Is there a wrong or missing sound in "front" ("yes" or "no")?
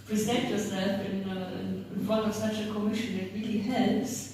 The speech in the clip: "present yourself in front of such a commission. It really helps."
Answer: yes